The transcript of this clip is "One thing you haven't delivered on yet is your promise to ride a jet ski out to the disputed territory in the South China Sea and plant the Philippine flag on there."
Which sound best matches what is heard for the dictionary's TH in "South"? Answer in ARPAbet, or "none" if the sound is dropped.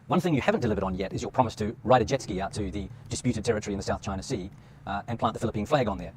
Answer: TH